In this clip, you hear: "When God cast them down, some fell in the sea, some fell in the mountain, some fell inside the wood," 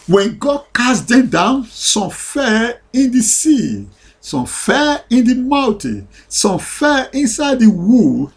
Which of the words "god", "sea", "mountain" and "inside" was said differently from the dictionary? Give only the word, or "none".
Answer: none